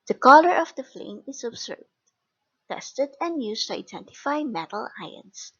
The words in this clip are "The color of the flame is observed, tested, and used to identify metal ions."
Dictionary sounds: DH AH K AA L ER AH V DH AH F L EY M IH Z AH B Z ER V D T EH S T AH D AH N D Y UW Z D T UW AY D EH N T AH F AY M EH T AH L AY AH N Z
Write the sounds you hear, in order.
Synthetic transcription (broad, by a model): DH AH K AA L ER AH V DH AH F L EY M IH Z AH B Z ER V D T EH S T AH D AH N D Y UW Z T UW AY D EH N T AH F AY M EH T AH L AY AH N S